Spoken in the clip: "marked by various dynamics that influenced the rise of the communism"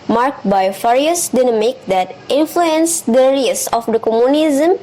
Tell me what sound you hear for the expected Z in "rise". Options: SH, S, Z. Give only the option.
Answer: S